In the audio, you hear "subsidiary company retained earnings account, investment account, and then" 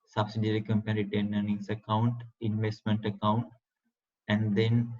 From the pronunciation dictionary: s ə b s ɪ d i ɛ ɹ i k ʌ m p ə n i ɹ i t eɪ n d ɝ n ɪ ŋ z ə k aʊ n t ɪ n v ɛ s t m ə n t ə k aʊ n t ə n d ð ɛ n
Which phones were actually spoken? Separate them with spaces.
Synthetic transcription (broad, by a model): s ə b s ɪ d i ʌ ɹ i k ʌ m p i ɹ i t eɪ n ɝ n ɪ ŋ s ə k aʊ n t ɪ n v ɛ s t m ə n t ə k aʊ n t ə n d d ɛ n